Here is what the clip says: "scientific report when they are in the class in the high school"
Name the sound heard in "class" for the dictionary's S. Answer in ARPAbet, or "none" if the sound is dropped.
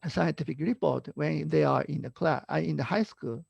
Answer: none